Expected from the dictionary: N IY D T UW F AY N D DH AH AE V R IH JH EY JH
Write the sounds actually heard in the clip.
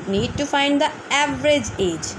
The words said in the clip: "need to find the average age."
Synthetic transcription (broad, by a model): N IY D T UW F AY N D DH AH AE V R IH JH EY JH